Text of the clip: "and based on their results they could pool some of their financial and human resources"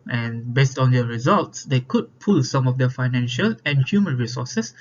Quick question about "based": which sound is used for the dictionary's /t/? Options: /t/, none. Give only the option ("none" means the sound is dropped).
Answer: /t/